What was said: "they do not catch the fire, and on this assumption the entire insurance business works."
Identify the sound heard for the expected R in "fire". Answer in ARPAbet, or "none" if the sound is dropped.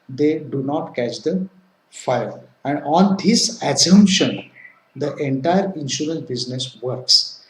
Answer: L